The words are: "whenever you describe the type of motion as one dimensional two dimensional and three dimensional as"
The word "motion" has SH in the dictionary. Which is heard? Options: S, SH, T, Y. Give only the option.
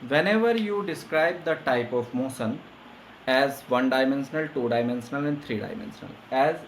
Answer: S